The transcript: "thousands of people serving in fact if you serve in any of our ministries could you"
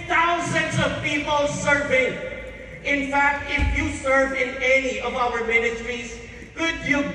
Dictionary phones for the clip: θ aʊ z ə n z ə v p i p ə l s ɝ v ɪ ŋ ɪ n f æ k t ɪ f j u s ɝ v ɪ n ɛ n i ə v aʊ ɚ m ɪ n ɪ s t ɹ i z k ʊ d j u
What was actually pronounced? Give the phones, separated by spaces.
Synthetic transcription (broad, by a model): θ aʊ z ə n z ə v p i p ə l s ɝ v ɪ ŋ ɪ n f æ k t ɪ f j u s ɝ v ɪ n ɛ n i ə v aʊ ɚ m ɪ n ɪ s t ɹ i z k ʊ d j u